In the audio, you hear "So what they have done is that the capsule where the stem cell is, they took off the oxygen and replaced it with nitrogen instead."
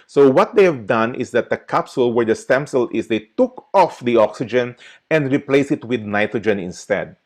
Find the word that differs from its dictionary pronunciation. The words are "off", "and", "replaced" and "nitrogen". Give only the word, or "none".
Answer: replaced